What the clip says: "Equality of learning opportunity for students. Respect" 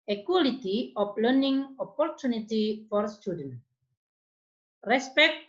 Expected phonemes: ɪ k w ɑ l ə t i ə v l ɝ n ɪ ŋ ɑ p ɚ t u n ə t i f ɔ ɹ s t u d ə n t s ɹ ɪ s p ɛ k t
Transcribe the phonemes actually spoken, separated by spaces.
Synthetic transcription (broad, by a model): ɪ k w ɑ l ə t i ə p l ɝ n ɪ ŋ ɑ p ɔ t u n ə t i f ɔ ɹ s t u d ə n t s ɹ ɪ s p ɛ k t